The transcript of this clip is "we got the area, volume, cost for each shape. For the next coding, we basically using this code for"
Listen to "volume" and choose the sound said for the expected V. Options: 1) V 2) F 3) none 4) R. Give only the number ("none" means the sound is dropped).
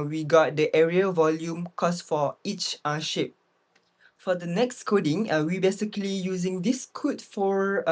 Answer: 1